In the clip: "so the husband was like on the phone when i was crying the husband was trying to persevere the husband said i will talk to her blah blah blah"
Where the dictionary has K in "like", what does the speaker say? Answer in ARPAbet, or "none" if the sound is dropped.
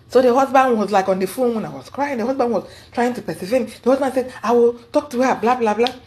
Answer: K